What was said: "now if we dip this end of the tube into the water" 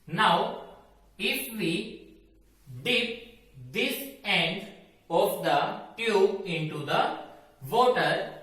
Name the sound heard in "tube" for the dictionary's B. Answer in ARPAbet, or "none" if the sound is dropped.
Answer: none